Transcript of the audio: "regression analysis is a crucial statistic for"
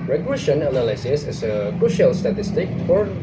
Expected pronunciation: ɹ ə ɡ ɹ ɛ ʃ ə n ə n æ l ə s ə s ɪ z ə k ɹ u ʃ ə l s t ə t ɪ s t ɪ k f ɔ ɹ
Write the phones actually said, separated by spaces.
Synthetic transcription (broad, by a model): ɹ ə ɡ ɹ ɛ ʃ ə n ə n æ l ə s ə s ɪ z ə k u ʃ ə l s t ə t ɪ s t ɪ k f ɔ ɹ